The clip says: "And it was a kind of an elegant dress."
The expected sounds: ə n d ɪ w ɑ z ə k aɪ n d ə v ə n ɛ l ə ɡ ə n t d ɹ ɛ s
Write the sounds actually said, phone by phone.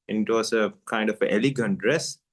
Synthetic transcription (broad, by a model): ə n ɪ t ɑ s ə k aɪ n d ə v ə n ɛ l ə ɡ ə n t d ɹ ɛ s